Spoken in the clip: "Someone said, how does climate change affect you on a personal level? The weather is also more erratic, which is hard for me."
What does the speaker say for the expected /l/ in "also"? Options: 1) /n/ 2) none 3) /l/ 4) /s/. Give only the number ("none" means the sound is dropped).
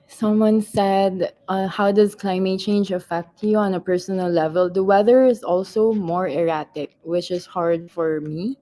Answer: 3